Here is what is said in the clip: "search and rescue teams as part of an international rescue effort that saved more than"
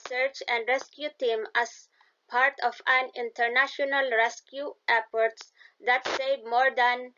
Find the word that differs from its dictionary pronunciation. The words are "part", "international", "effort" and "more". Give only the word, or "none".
effort